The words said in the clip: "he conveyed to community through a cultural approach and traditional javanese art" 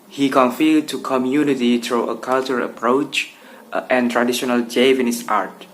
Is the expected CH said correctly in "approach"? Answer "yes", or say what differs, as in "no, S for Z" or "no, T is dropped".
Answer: yes